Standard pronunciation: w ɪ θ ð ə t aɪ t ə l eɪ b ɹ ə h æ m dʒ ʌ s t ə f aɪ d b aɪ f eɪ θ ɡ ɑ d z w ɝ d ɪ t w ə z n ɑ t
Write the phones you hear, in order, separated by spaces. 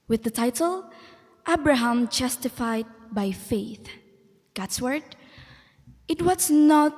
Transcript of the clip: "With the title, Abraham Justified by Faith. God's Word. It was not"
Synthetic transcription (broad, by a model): w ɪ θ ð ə t aɪ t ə l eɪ b ɹ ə h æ m dʒ ʌ s t ə f aɪ d b aɪ f eɪ θ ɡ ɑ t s w ɝ d ɪ t w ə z n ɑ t